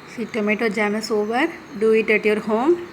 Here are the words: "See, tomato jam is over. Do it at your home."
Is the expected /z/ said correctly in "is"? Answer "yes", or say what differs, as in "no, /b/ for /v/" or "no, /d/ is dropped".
no, /s/ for /z/